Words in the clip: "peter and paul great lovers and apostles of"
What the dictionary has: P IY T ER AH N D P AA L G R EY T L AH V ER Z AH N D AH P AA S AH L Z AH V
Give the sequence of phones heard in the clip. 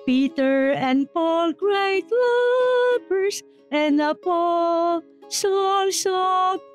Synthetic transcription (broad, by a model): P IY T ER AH N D P AA L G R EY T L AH P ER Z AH N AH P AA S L S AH